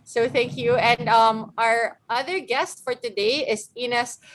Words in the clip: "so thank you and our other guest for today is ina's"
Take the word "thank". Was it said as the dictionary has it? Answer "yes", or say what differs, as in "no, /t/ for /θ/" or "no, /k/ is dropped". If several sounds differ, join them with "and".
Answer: yes